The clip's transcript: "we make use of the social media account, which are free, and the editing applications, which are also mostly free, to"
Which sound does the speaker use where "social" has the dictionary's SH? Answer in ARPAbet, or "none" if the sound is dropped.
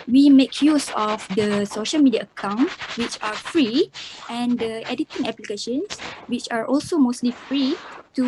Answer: SH